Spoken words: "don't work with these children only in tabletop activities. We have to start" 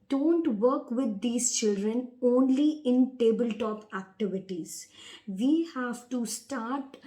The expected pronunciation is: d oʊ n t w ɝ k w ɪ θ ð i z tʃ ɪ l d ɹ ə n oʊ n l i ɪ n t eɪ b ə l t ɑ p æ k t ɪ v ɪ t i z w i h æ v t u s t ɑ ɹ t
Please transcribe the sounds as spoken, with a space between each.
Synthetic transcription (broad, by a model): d oʊ n t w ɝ k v ɪ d i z tʃ ɪ l d ɹ ə n oʊ n l i ɪ n t eɪ b ə l t ɑ p æ k t ɪ v ɪ t i z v i h æ v t u s t ɑ ɹ t